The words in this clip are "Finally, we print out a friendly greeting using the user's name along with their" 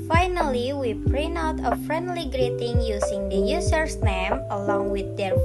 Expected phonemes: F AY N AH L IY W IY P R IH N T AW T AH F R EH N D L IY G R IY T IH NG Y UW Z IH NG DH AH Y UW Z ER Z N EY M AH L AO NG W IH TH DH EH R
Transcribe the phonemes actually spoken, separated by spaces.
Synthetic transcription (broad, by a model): F AY N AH L IY W IY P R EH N AW T AH F R EH N D L IY G R IY T IH NG Y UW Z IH NG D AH Y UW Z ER S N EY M AH L AO NG W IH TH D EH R